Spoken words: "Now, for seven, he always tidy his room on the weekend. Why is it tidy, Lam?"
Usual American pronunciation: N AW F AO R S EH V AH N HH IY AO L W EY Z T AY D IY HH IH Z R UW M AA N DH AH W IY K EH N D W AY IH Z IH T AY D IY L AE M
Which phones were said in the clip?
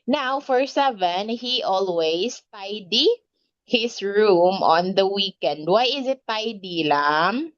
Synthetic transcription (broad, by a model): N AW F AO R S EH V AH N HH IY AO L W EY S T AY D IY HH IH S R UW M AA N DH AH W IY K EH N D W AY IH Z IH T AY D IY L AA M